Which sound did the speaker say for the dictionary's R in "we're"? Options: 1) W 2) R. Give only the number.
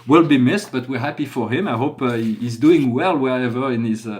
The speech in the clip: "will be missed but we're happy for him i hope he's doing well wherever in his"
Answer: 2